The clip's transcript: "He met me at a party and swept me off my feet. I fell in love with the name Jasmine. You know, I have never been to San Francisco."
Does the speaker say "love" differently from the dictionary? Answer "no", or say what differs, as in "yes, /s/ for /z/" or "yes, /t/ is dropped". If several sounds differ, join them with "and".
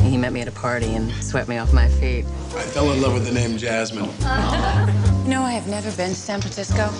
no